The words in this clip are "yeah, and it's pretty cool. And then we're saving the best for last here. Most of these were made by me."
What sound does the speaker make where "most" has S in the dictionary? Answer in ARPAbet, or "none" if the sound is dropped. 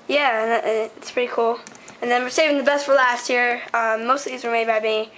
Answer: none